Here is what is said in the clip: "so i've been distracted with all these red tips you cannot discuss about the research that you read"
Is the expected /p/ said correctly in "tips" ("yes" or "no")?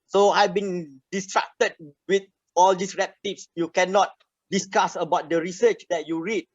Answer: no